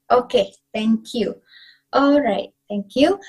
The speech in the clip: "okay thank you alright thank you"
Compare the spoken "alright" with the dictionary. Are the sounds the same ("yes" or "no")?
yes